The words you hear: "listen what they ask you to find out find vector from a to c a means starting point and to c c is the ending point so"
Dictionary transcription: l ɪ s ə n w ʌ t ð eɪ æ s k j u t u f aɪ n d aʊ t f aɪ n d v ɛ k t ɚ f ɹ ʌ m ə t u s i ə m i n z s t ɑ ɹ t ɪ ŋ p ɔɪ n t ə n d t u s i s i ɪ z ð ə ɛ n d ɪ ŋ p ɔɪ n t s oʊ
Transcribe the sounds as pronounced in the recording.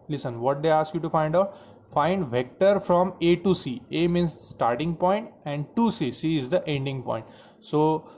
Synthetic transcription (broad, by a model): l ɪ s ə n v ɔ t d eɪ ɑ s k j u t u f aɪ n d aʊ t f aɪ n d v ɛ k t ɚ f ɹ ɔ m ə t u s i ə m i n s s t ɑ ɹ t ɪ ŋ p ɔɪ n t ə n d t u s i s i ɪ z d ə ɛ n d ɪ ŋ p ɔɪ n t s oʊ